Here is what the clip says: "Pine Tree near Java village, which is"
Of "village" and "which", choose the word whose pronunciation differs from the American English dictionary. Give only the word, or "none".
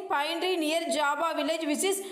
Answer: which